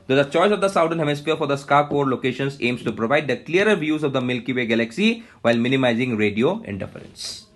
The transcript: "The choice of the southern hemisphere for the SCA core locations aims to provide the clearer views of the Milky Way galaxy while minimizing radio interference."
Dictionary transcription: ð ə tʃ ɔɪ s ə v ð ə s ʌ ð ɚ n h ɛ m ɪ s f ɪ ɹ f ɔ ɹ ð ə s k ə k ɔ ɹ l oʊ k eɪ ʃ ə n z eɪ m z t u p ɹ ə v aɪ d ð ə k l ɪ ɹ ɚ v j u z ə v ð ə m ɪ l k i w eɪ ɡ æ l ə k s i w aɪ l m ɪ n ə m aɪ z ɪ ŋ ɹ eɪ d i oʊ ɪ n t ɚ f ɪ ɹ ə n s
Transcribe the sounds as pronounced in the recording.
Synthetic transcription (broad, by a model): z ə tʃ ɔɪ s ə v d ə s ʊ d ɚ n h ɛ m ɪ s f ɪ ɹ f ɔ ɹ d ə s k ə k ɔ ɹ l oʊ k eɪ ʃ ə n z eɪ m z t u p ɹ ə v aɪ d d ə k l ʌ ɹ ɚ v j u z ə v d ə m ɪ l k i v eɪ ɡ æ l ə k s i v aɪ l m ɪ n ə m aɪ z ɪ ŋ ɹ eɪ d i oʊ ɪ n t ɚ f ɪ ɹ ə n s